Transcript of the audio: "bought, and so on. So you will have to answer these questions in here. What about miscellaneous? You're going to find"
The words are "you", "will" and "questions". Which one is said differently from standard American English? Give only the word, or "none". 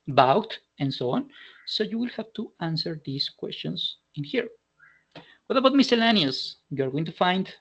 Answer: questions